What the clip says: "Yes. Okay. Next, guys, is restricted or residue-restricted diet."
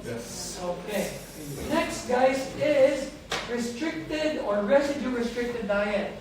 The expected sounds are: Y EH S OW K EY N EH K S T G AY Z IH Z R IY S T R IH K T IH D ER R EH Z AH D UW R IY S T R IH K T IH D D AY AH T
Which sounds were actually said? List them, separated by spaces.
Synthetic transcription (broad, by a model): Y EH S OW K EY N EH K S T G AY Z IH Z R IY S T R IH K T IH D ER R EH S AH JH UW R IY S T R IH K T IH D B AY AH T